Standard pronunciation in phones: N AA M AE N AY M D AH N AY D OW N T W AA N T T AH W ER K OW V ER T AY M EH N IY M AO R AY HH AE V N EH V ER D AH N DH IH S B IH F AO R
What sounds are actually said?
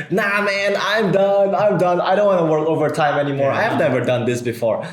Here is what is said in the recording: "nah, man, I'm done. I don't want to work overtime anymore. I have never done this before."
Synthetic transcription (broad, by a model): N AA M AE N AY M D AH N AY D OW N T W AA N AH W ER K OW V ER T AY M EH N IY M AO R AY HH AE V N EH V ER D AH N DH IH S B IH F AO R